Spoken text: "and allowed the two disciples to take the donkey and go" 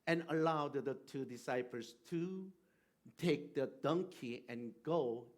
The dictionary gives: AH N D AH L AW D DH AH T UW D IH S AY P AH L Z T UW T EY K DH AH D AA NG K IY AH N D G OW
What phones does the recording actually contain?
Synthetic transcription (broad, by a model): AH N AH L AW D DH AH T UW D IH S AY P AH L S T UW T EY K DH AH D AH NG K IY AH N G OW